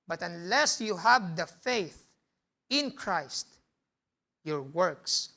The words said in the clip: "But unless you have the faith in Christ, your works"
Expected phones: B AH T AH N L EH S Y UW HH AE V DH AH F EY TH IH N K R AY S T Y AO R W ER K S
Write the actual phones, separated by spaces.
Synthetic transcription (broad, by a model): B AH T AH N L EH S Y UW HH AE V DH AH F EY TH IH N K R AY S T Y AO R W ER K S